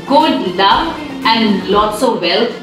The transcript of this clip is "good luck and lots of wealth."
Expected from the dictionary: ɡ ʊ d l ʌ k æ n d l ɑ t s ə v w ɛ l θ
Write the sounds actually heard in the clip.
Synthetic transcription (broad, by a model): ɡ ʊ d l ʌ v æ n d l ɑ t s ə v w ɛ l